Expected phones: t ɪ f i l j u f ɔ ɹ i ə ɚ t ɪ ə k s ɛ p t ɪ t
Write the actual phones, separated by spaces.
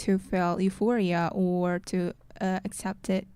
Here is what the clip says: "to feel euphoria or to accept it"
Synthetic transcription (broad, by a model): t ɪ f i l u f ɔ ɹ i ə ɚ t ɪ ə k s ɛ p t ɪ t